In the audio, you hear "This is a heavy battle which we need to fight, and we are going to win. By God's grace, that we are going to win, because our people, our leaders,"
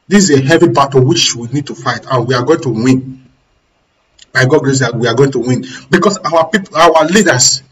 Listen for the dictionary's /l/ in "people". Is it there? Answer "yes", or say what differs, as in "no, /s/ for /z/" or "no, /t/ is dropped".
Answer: no, /w/ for /l/